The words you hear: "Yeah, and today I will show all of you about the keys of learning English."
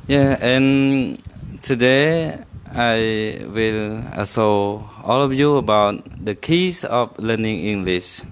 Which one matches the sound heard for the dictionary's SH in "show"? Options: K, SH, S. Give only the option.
S